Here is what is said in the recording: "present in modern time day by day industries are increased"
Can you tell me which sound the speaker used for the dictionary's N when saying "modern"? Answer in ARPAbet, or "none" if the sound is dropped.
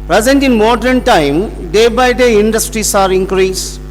N